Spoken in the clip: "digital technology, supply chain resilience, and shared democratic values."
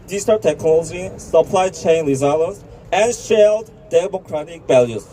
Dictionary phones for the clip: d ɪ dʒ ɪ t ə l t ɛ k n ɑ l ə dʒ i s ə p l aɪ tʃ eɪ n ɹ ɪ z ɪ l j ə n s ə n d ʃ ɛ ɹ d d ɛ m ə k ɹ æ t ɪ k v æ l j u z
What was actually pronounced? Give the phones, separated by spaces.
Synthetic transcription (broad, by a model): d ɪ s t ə t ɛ k n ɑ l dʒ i s ə p l aɪ tʃ eɪ n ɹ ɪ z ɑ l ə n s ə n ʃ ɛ l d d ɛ m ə k ɹ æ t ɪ k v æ l j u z